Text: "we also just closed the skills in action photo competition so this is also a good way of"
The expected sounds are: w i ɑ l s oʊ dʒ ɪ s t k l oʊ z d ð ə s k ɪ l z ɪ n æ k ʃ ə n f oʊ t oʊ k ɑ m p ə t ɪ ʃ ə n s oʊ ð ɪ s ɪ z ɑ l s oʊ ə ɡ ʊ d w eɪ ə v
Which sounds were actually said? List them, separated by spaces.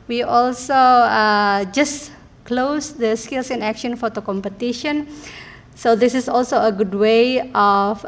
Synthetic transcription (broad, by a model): w i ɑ l s oʊ dʒ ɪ s k l oʊ s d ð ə s k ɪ l s ɪ n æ k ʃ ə n f oʊ t oʊ k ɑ m p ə t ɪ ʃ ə n s oʊ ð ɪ s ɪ s ɑ l s oʊ ə ɡ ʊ d w eɪ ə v